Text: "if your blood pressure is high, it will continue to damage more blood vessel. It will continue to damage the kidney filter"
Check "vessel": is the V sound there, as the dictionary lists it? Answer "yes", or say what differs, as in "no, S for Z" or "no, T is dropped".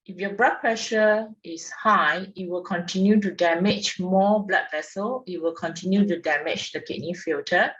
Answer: yes